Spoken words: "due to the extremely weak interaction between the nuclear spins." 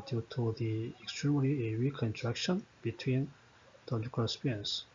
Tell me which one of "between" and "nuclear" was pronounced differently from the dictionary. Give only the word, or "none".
nuclear